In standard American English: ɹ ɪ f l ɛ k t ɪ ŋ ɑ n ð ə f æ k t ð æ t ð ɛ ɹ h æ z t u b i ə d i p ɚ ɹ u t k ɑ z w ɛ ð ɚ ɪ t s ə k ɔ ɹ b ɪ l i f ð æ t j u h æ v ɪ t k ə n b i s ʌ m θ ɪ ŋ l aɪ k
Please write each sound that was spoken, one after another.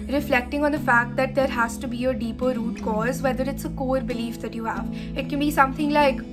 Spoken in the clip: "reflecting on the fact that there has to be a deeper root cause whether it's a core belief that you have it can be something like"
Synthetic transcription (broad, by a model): ɹ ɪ f l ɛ k t ɪ ŋ ɑ n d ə f æ k t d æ t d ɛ ɹ h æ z t u b i ə d i p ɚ ɹ u t k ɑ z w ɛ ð ɚ ɪ t s ə k ɔ ɹ b ɪ l i f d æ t j u h æ v ɪ t k ə n b i s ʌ m t ɪ ŋ l aɪ k